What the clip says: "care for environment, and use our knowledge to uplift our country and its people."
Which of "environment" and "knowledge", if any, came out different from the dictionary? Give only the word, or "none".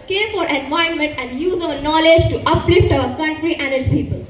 environment